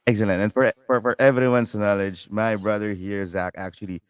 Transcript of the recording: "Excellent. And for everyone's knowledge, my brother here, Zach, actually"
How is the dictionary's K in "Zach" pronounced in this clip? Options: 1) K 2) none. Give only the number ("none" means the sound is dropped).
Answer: 1